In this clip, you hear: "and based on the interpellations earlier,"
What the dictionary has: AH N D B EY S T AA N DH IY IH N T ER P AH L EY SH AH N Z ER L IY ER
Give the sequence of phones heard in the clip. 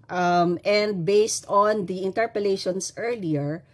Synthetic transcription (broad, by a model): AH N D B EY S T AA N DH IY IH N T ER P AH L EY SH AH N S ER L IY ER